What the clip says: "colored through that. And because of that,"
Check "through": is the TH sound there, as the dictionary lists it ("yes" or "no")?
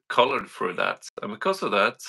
no